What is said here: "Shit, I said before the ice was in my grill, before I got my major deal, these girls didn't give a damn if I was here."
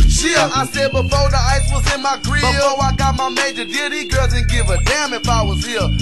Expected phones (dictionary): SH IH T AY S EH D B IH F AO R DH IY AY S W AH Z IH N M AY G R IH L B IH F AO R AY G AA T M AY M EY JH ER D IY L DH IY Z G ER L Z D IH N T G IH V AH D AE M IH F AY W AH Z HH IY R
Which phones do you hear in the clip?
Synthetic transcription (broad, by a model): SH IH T AY S EH D B IH F AO R DH IY AY S W AH Z IH N M AY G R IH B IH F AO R AY G AA T M AY M EY JH ER D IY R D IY G ER L Z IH N G IH V AH D AE M IH F AY W AH Z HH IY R